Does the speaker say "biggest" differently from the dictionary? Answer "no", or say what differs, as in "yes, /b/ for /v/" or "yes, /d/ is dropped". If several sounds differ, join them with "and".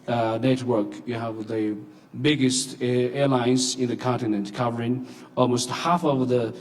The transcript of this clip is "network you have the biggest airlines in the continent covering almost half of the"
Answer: no